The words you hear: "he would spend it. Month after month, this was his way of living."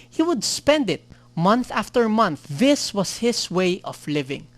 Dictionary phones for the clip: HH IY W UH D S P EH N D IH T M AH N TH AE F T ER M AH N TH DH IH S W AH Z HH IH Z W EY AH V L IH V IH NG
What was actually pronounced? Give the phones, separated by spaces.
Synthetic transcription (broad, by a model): HH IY W UH D S P EH N D IH T M AH N TH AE F T ER M AH N TH DH IH S W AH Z HH IH S W EY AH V L IH V IH NG